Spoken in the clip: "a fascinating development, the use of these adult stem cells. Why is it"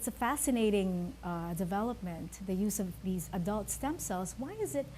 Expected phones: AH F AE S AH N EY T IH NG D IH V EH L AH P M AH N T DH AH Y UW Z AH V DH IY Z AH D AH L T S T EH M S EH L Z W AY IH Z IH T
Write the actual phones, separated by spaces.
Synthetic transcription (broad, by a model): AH F AE S AH N EY T IH NG D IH V EH L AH P M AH N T DH AH Y UW Z AH V DH IY Z AH D AH L T S T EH M S EH L Z W AY IH Z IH T